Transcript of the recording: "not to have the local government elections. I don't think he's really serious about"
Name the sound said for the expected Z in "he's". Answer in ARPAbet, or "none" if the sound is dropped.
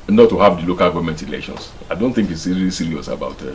S